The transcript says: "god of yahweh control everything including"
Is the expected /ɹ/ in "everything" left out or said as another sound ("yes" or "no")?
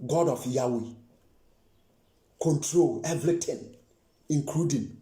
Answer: yes